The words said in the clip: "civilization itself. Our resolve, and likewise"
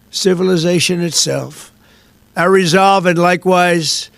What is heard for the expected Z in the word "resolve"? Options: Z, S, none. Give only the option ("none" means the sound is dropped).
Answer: Z